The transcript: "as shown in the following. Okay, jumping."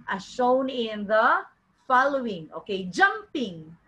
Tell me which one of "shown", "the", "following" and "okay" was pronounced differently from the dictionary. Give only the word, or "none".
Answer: none